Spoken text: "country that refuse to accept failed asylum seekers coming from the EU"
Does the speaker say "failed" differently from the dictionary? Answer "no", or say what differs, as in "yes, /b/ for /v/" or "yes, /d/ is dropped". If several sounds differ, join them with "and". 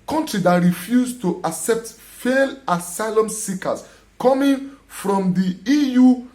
yes, /d/ is dropped